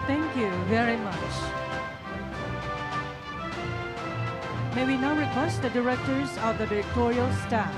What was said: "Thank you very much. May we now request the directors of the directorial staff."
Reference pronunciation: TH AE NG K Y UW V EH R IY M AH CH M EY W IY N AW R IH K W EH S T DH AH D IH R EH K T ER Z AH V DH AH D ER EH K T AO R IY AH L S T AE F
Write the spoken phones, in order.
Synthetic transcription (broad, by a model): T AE NG K Y UW V EH R IY M AH CH M EY W IY N AW R IH K W EH S T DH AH D IH R EH K T ER Z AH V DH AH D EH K T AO R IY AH L S T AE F